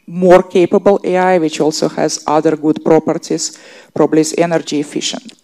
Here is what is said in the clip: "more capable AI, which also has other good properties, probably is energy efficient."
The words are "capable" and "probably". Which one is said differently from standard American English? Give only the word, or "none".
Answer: none